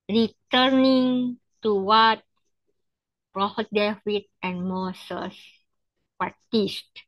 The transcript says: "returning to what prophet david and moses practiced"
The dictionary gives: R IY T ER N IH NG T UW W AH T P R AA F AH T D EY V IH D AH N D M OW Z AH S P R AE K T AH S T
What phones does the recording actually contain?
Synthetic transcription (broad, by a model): R IY T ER N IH NG T UW W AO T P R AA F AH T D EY W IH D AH N M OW S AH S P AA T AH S T